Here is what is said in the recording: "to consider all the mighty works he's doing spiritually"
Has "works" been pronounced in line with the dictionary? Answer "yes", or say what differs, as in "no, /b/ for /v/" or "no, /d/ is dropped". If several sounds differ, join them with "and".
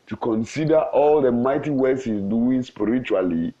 no, /k/ is dropped